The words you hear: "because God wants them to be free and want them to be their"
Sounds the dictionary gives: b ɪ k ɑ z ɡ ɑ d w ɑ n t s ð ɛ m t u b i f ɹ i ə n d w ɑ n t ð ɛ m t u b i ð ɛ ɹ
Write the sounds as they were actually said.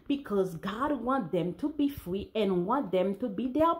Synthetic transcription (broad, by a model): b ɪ k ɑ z ɡ ɑ d w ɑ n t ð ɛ m t u b i f ɹ i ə n w ɑ n t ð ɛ m t u b i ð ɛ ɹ